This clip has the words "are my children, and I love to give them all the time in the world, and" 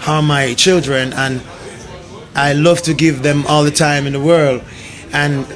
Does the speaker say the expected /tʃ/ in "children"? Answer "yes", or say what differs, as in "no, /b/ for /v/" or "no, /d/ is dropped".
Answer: yes